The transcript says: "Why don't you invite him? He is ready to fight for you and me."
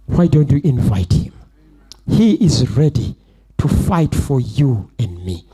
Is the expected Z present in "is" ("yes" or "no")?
yes